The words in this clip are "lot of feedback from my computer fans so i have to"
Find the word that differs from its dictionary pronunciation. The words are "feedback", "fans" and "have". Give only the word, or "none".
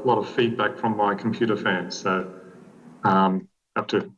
have